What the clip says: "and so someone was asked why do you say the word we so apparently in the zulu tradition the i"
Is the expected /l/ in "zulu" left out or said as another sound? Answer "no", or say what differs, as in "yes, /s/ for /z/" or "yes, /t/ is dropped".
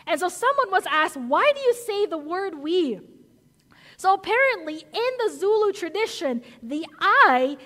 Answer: no